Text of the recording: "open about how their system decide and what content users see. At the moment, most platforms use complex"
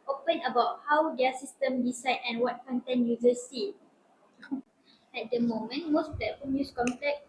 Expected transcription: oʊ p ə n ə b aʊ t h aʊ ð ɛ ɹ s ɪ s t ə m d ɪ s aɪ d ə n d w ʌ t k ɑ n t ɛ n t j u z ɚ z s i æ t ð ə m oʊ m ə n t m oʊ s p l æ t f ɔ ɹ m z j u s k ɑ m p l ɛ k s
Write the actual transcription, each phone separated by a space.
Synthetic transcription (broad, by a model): oʊ p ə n ə b aʊ t h aʊ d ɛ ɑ s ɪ s t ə m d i s aɪ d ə n w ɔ t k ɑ n t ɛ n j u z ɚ s i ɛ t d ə m oʊ m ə n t m oʊ s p l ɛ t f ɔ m j u s k ɑ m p l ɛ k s